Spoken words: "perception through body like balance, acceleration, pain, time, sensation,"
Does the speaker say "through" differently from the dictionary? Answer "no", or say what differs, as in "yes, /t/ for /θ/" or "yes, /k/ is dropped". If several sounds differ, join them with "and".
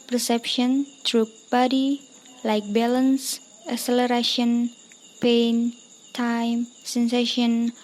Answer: yes, /t/ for /θ/